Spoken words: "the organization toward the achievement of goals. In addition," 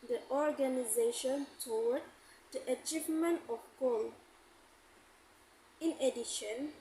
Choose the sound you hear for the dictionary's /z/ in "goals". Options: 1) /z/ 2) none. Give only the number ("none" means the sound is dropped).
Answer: 2